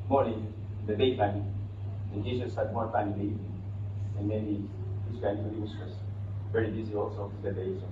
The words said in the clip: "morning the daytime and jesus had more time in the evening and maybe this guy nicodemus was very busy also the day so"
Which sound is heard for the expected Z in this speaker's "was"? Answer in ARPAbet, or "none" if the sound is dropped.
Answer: S